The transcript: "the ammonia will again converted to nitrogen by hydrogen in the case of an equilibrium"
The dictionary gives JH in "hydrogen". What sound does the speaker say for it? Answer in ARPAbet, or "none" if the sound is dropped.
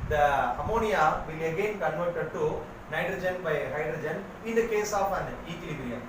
JH